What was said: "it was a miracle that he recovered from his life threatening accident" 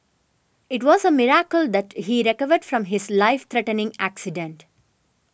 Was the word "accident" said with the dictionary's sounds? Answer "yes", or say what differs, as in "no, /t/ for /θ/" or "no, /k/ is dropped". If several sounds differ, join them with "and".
yes